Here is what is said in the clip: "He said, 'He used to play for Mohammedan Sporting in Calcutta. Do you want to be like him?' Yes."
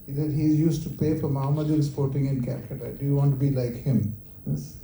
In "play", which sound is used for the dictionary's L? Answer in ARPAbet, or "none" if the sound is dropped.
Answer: none